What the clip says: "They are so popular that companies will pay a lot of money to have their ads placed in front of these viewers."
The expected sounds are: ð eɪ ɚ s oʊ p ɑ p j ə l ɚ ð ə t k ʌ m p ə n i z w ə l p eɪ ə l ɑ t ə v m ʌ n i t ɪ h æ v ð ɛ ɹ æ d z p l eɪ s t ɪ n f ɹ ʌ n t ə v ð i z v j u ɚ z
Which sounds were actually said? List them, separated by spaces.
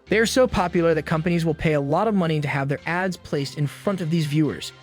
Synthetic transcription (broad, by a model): ð eɪ ɚ s oʊ p ɑ p j l ɚ ð ə t k ʌ m p ə n i z w ə l p eɪ ə l ɑ t ə v m ʌ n i t ɪ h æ v ð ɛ ɹ æ d z p l eɪ s t ɪ n f ɹ ʌ n t ə v ð i z v j u ɚ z